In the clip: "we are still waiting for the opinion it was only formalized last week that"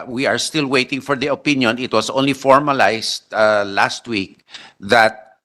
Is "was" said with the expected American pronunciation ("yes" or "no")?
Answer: no